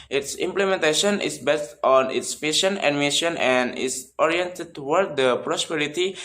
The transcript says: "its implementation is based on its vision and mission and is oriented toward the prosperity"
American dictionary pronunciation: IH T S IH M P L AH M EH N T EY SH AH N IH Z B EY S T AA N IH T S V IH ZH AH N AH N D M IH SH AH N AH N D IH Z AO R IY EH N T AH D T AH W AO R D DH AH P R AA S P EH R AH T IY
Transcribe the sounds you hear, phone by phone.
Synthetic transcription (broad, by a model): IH T S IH M P L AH M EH N T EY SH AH N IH S B EY S T AA N IH T S F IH SH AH N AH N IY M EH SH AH N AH N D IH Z AO R IY EH N T AH D T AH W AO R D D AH P R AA S P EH R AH T IY